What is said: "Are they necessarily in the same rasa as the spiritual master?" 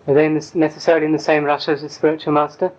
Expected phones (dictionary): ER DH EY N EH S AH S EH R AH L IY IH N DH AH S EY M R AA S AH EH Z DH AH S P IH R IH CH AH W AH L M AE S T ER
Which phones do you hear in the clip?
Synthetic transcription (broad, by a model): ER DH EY N EH S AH S EH R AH L IY IH N DH AH S EY M R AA SH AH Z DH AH S P IH R IH CH AH W AH L M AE S T ER